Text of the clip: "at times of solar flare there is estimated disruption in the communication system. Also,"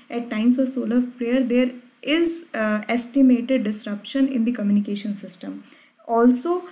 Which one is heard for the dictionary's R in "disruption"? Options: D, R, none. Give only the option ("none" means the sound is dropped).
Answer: R